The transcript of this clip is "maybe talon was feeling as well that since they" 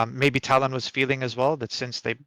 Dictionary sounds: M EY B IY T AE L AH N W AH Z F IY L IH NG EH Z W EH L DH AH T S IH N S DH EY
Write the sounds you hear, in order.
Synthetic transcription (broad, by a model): M EY B IY T AE L AH N W AH Z F IY L IH NG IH Z W EH L DH AH T S IH N S DH EY